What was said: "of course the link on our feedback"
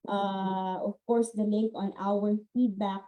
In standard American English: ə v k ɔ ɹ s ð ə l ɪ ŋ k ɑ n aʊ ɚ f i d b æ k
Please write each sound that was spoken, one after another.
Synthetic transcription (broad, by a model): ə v k ɔ ɹ s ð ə l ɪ k ɑ n aʊ ɚ f i d b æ k